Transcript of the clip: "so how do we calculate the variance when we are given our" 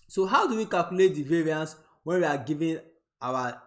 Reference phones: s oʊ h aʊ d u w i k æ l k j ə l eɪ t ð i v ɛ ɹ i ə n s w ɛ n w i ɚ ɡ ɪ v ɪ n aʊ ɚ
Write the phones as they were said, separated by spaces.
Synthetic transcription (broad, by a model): s oʊ h aʊ d u w i k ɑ l k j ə l eɪ t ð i v ɛ ɹ i ə n s w ɛ n w i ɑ ɡ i v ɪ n aʊ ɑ